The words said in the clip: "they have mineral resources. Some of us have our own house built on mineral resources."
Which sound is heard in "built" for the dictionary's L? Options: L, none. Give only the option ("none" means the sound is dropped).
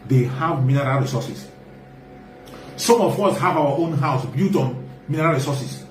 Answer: none